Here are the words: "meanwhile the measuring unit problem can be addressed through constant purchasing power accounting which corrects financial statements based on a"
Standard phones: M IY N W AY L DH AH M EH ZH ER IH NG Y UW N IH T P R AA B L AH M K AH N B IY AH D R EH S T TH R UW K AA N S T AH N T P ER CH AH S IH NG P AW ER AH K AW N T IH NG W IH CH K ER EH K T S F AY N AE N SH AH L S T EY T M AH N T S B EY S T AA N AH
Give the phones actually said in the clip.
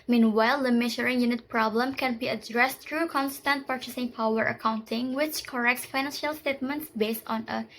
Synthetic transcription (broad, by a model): M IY N W AY L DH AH M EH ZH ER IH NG Y UW N IH T P R AA B L AH M K AH N B IY AH D R EH S T R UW K AA N S T AH N T P ER CH AH S IH NG P AW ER AH K AW N T IH NG W IH CH K ER EH K T S F AY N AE N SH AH L S T EY T M AH N T S B EY S T AA N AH